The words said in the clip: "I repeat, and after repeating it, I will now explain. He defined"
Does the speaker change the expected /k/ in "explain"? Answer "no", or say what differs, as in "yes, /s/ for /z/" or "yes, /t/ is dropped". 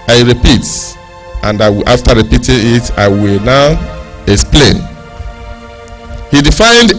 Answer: no